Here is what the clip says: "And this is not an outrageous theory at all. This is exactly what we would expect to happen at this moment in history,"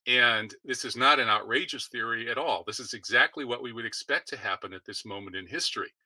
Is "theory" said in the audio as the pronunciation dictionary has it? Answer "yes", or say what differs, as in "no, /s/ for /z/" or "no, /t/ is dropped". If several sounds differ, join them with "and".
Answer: yes